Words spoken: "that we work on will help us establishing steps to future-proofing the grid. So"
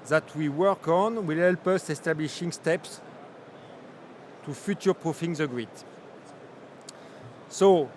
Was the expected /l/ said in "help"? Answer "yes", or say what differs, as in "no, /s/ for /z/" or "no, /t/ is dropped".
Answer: yes